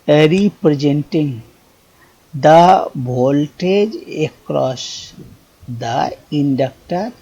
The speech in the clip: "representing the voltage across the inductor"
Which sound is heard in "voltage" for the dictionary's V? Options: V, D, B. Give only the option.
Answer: B